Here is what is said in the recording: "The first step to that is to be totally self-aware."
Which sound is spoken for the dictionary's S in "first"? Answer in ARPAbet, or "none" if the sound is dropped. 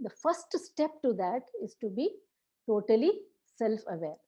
S